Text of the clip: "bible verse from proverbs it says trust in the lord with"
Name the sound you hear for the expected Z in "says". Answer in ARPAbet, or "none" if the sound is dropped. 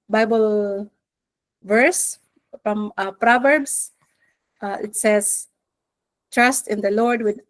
S